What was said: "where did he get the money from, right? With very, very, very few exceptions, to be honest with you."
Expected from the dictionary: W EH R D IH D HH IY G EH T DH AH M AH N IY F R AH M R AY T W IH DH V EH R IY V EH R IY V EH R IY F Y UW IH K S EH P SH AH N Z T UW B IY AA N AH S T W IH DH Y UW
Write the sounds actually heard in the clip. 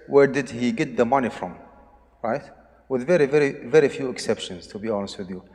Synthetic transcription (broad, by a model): W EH R D IH D HH IY G EH T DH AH M AH N IY F R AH M R AY T W IH DH V EH R IY V EH R IY V EH R IY F Y UW IH K S EH P SH AH N Z T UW B IY AA N AH S T W IH DH Y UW